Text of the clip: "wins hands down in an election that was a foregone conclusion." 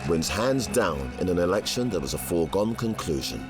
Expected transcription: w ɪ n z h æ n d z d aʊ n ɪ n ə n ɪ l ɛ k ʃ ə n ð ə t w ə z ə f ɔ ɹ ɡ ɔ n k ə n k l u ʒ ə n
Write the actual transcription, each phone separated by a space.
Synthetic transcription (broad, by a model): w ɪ n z h æ n d z d aʊ n ɪ n ə n ɪ l ɛ k ʃ ə n ð ə t w ə z ə f ɔ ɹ ɡ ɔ n k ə n k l u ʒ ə n